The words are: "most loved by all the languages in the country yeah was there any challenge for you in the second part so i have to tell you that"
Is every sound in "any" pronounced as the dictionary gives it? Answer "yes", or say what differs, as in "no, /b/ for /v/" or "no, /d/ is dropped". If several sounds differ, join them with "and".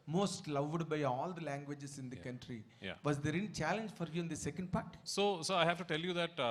no, /l/ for /n/